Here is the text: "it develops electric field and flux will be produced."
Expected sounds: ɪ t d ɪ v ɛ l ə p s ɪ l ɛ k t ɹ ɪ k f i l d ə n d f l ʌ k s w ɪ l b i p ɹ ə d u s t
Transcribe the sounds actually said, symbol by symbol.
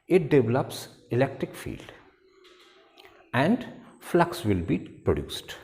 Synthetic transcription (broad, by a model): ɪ t d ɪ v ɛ l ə p s ɪ l ɛ k t ɹ ɪ k f i l d ə n d f l ʌ k s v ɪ l b i p ɹ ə d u s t